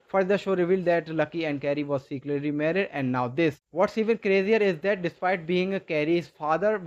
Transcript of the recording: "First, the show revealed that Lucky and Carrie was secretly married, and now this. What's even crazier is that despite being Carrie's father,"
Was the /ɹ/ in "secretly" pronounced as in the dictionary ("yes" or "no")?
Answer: no